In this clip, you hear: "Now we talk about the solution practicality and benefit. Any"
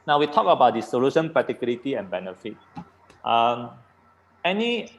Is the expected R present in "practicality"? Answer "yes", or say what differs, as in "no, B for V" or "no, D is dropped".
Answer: no, R is dropped